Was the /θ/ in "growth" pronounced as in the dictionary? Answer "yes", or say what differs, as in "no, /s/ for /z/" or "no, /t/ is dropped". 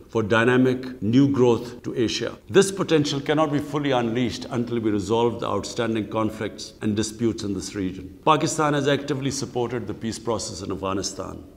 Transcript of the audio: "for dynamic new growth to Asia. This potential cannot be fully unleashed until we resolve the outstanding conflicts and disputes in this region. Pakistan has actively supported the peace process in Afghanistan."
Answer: no, /t/ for /θ/